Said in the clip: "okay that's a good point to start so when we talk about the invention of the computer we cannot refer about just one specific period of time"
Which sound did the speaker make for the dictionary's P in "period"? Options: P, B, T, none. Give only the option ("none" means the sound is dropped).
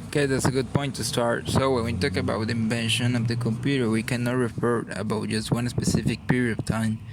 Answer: P